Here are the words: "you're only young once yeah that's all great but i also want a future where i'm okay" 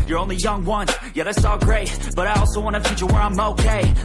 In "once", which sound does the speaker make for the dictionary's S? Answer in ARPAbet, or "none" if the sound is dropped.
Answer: none